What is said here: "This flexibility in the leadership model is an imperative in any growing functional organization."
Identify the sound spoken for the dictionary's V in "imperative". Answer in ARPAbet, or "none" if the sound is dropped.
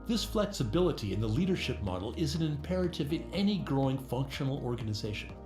V